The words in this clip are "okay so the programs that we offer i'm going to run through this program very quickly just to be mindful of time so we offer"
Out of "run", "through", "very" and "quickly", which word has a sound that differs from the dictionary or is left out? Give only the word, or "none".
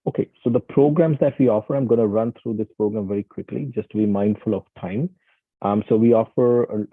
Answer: through